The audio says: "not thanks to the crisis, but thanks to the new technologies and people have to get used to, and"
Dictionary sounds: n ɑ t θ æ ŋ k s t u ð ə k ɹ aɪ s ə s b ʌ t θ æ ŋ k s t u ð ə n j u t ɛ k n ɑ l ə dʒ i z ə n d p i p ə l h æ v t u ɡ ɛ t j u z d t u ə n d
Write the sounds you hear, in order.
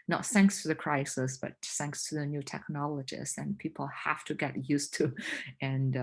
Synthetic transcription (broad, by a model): n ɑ t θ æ ŋ k s t u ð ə k ɹ aɪ s ə s b ʌ t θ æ ŋ k s t u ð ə n j u t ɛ k n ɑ l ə dʒ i s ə n p i p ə l h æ f t u ɡ ɛ t j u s t u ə n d